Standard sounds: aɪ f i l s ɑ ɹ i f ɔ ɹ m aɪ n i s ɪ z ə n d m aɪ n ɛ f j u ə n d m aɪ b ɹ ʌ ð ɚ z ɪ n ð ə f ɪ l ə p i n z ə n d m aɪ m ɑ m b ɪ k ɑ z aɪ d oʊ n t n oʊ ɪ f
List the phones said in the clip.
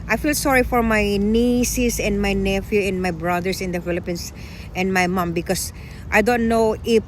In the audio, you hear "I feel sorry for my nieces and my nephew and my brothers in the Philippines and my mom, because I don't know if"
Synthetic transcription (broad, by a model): aɪ f i l s ɑ ɹ i f ɔ ɹ m aɪ n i s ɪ s ə n d m aɪ n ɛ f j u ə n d m aɪ b ɹ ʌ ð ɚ s ɪ n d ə f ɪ l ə p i n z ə n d m aɪ m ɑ m b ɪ k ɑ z aɪ d oʊ n t n oʊ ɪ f